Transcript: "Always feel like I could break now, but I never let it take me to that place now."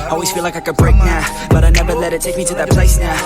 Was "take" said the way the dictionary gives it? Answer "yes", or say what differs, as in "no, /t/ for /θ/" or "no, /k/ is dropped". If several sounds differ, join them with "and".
yes